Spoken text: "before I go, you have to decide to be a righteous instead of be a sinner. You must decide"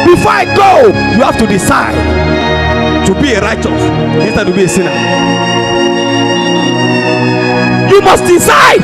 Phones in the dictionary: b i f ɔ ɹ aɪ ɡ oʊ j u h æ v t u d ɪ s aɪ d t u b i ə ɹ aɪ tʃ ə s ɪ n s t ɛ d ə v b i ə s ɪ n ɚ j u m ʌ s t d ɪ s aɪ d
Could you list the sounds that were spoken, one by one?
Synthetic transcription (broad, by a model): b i f ɔ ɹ aɪ ɡ oʊ j u h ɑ f t u d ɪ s aɪ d t u b i ə ɹ aɪ tʃ ə s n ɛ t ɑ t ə b i ə s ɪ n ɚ j u m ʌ s t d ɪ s aɪ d